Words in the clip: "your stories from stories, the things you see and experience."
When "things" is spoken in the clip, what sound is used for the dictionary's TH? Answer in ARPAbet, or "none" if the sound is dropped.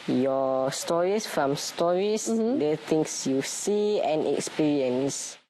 T